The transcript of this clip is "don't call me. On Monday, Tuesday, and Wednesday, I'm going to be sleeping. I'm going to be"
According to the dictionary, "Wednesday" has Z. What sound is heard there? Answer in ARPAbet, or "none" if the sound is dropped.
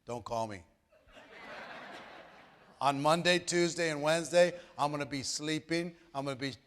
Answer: Z